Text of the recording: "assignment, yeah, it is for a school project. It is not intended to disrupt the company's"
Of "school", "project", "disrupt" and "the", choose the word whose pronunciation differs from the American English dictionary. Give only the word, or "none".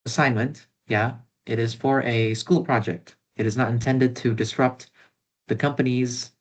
none